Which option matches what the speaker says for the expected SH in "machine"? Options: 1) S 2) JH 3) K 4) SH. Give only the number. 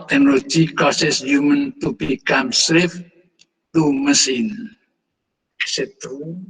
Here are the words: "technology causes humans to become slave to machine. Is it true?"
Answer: 1